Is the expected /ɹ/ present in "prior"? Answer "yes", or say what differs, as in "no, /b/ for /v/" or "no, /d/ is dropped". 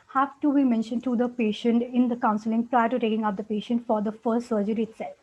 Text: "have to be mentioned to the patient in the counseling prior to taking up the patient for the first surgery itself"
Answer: yes